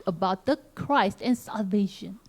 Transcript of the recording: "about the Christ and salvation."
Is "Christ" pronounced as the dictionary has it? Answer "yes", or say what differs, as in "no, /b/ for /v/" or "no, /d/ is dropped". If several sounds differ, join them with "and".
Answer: yes